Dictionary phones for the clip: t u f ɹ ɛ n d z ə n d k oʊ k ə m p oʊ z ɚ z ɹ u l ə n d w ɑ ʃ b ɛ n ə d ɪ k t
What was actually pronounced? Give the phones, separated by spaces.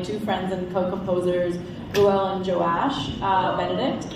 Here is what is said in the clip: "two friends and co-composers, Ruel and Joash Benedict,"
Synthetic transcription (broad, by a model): t u f ɹ ɛ n d z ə n k oʊ k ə m p oʊ z ɚ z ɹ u l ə n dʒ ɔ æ ʃ b ɛ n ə d ɪ k t